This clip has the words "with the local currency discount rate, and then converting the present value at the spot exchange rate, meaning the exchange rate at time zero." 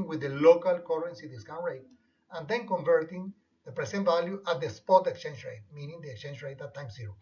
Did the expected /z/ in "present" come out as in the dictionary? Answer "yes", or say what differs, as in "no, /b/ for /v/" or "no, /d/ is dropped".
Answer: no, /s/ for /z/